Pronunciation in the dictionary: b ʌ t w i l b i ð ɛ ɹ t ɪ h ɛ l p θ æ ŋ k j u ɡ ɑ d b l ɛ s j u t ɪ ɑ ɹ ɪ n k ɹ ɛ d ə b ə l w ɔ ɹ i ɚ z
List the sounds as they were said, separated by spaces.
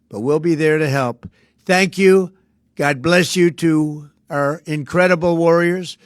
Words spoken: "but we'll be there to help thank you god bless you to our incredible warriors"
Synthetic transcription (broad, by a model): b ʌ t w i l b i ð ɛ ɹ t ɪ h ɛ l p θ æ ŋ k j u ɡ ɑ d b l ɛ s j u t ɪ ɑ ɹ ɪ n k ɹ ɛ d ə b l w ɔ ɹ i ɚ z